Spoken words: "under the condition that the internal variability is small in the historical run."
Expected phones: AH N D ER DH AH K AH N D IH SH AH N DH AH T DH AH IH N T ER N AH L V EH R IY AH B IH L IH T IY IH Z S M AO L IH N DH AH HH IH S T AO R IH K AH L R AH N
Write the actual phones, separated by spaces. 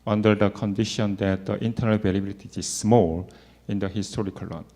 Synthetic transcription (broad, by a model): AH N D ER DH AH K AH N D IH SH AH N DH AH T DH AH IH N T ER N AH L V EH L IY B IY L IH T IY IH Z S M AO L IH N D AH HH IH S T AO R IH K AH L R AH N